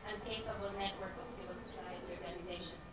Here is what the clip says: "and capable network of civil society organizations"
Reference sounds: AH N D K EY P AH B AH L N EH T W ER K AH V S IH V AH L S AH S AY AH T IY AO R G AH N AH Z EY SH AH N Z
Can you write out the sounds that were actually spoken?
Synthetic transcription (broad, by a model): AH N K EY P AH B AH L N EH T W ER K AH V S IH AH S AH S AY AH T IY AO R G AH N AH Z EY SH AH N